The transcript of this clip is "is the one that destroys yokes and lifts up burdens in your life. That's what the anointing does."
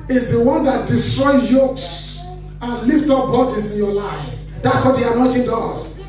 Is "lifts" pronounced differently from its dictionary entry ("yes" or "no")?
yes